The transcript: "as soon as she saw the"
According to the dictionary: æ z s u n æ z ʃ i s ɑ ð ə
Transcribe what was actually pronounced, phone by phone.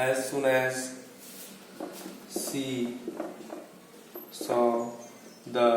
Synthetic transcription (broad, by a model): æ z s u n æ z s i s ɑ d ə